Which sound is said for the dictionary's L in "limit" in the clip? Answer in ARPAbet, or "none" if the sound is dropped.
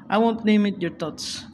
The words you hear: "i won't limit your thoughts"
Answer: N